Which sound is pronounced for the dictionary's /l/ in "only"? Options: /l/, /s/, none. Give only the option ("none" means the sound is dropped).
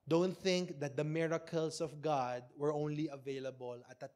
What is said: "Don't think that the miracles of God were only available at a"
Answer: /l/